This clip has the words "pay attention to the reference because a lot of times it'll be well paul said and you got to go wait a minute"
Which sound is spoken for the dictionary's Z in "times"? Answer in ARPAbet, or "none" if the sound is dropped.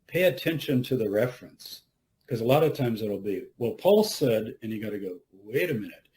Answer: Z